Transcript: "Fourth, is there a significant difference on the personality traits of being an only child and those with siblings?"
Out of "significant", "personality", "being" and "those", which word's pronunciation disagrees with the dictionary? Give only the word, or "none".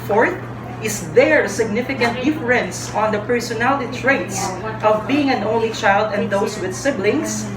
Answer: those